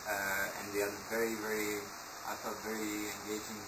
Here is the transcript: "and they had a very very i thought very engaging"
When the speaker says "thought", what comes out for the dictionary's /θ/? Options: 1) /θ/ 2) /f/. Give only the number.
2